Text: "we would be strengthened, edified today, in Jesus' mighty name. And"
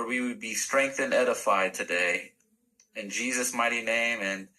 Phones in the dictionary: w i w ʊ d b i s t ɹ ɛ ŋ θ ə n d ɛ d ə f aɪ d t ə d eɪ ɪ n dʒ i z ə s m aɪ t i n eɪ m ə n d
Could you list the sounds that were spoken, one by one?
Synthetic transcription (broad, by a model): w i w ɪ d b i s t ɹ ɛ ŋ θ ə n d ɛ d ə f aɪ d t ə d eɪ ɪ n dʒ i z ə s m aɪ t i n eɪ m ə n